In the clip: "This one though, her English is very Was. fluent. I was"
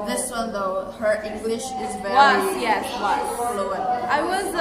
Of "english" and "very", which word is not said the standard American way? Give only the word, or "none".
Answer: very